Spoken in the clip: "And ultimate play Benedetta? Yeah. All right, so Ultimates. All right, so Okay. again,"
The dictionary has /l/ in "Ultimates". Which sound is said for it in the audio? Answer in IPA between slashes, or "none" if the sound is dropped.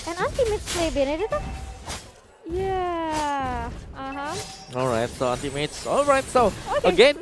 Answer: /n/